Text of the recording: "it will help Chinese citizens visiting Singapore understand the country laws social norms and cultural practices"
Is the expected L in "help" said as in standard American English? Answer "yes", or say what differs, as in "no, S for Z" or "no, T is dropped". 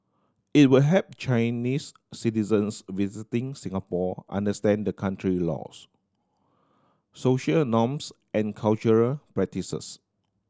no, L is dropped